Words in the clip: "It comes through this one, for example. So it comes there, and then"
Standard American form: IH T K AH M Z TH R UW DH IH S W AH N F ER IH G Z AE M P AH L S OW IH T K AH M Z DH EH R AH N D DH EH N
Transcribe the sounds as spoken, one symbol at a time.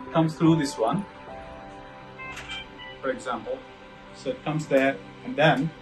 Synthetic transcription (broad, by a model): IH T K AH M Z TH R UW DH IH S W AH N F ER IH G Z AE M P AH L S OW IH T K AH M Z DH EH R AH N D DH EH N